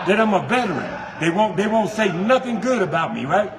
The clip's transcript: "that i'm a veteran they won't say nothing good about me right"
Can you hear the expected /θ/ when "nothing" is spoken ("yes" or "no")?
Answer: yes